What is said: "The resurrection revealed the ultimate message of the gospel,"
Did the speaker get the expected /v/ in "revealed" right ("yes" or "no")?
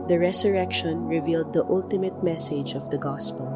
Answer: yes